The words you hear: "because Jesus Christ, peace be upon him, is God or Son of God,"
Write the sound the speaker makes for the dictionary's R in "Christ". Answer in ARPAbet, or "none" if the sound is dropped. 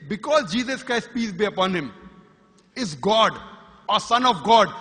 R